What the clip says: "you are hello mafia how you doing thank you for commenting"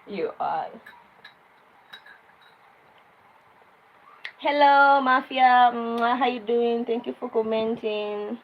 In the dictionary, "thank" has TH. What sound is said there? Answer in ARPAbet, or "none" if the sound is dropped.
T